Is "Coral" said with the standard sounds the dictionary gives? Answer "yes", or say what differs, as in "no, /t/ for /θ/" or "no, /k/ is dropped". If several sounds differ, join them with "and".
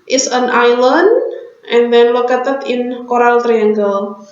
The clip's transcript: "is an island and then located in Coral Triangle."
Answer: yes